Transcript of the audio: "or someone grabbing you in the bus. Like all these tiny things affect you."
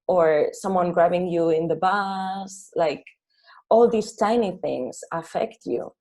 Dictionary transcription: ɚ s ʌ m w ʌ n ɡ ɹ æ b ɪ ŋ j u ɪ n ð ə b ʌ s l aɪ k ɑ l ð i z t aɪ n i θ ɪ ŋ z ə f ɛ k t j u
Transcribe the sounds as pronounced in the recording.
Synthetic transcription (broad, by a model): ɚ s ʌ m w ʌ n ɡ ɹ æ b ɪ ŋ j u ɪ n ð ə b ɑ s l aɪ k ɑ l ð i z t aɪ n i θ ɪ ŋ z ə f ɛ k t j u